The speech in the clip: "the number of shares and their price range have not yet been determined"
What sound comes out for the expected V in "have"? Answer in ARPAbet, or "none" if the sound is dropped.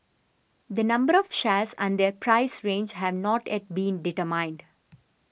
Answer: V